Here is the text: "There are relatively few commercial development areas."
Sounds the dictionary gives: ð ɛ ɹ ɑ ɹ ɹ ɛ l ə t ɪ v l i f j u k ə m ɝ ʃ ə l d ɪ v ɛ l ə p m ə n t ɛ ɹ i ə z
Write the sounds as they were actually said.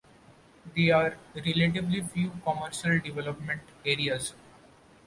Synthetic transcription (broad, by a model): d ɛ ɑ ɹ ɹ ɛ l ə t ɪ b l i f j u k ə m ɝ ʃ ə l d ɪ v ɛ l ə p m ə n t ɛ ɹ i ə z